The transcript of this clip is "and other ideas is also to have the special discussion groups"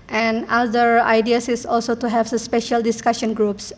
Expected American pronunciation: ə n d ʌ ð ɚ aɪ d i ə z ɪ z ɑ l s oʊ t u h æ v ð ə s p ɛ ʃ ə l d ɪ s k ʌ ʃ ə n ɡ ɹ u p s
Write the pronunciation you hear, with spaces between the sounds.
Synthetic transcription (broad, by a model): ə n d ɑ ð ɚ aɪ d i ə s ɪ s ɑ l s oʊ t u h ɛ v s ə s p ɛ ʃ ə l d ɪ s k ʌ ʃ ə n ɡ ɹ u p s